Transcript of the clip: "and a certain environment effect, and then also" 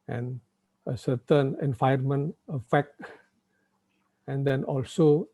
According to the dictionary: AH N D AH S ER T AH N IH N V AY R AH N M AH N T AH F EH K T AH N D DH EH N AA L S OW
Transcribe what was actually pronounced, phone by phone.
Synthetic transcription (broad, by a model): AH N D AH S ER T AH N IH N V AY AH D M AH N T AH F EH K T AH N D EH N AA L S OW